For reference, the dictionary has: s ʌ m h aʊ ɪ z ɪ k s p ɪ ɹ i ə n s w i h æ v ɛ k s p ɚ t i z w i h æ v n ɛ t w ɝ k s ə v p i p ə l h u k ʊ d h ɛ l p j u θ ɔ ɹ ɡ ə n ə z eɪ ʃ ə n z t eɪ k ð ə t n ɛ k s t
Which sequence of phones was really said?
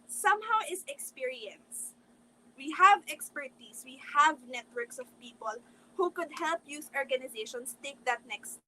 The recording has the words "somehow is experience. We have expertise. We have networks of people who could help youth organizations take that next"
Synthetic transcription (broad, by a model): s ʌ m h aʊ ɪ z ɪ k s p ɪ ɹ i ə n s w i h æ v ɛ k s p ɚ t i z w i h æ v n ɛ t w ɝ k s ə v p i p ə l h u k ʊ d h ɛ l p j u s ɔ ɹ ɡ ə n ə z eɪ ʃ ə n s t eɪ k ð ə t n ɛ k s t